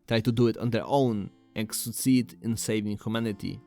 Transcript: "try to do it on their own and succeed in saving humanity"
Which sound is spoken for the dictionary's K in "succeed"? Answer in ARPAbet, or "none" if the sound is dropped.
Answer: none